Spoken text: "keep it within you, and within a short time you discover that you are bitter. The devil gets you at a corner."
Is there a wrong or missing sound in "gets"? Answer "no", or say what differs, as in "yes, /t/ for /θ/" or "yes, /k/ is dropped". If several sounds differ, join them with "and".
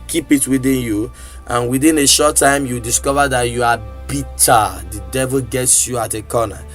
no